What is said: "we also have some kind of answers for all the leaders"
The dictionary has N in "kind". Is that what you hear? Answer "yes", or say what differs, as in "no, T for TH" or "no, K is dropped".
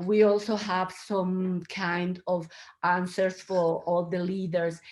yes